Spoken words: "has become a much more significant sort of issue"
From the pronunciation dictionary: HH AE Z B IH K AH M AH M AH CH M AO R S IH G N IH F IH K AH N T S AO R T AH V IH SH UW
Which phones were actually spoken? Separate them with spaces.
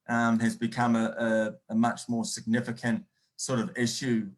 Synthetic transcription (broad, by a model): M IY Z B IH K AH M AH M AH CH M AO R S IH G N IH F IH K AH N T S AO R T AH V IH SH UW